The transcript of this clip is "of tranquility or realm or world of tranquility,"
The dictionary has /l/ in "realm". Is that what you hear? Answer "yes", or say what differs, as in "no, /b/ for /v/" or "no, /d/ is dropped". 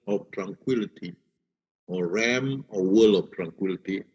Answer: no, /l/ is dropped